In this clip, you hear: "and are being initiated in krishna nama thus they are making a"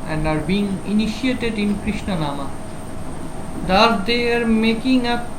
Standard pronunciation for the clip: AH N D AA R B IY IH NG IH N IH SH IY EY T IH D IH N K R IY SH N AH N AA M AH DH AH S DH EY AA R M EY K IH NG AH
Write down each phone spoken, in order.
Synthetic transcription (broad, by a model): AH N D AA R B IY NG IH N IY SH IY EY T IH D IH N K R IY SH N AH N AA M AH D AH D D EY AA R M EY K IH NG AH